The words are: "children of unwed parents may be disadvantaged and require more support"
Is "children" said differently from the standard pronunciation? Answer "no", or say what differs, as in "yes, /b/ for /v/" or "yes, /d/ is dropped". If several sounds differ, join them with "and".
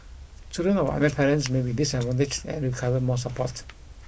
yes, /l/ is dropped